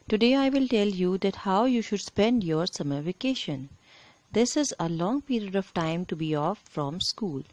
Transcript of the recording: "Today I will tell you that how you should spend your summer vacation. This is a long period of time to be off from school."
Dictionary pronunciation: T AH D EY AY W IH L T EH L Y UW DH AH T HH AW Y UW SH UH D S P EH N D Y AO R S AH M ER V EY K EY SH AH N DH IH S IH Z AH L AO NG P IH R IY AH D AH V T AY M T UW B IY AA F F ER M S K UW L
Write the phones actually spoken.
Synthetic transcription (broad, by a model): T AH D EY AY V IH L T EH L Y UW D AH T HH AW Y UW SH UH D S P EH N D Y AO R S AH M ER V EY K EY SH AH N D IH S IH Z AH L AO NG P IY R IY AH D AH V T AY M T UW B IY AA F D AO M S K UW L